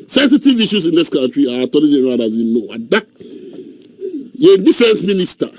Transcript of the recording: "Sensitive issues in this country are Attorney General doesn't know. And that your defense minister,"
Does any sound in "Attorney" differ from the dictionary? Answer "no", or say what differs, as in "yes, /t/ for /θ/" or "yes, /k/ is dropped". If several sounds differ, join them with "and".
yes, /l/ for /n/